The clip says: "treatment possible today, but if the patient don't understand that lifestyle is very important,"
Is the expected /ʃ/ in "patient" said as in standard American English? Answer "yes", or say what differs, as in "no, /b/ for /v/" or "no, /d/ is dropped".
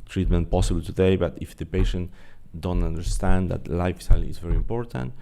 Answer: yes